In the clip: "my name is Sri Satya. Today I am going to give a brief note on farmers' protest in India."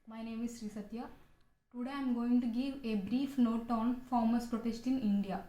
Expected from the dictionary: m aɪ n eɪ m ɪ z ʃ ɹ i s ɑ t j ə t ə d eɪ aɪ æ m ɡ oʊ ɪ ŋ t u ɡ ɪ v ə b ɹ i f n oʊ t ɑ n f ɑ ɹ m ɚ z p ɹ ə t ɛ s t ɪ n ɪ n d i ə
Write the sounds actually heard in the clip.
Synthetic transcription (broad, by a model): m aɪ n eɪ m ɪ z ʃ ɹ i s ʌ t j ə t ə d eɪ aɪ m ɡ oʊ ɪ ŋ t u ɡ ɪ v ə b ɹ i f n oʊ t ɑ n f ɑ ɹ m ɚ s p ɹ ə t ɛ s t ɪ n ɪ n d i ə